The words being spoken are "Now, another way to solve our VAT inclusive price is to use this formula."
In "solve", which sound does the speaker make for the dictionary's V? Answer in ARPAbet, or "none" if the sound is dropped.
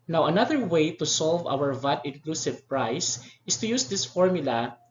V